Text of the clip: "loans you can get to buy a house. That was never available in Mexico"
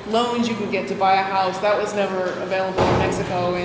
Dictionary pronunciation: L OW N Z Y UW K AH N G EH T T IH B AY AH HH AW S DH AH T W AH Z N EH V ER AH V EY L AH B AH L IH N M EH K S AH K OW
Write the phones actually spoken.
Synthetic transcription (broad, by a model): L OW N Z Y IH K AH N G EH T T IH B AY AH HH AW S DH AH T W AH Z N EH V ER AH V EY L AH B L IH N M EH K S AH K OW